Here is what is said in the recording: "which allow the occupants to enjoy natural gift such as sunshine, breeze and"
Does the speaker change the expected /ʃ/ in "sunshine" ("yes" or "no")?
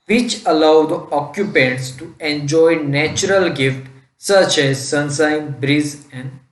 yes